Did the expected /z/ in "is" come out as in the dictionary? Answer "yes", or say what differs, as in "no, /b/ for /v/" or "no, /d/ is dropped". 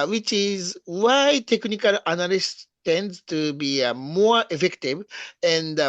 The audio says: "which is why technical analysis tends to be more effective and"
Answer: yes